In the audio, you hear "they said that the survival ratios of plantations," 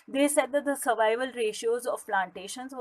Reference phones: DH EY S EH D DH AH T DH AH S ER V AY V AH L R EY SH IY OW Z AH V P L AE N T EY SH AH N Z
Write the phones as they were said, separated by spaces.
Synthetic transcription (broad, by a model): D EY S EH D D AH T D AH S ER V AY V AH L R EY SH IY OW Z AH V P L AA N T EY SH AH N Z